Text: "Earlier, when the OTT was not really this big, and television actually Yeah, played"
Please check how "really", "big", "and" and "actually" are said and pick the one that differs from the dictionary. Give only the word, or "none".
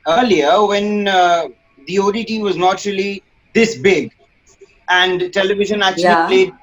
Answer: actually